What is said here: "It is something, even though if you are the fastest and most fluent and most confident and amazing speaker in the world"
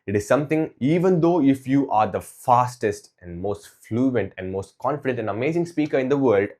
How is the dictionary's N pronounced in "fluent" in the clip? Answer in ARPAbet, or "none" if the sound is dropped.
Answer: N